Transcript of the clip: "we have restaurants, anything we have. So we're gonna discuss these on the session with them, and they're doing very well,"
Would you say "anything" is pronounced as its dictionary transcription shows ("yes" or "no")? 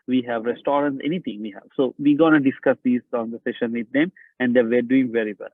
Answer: no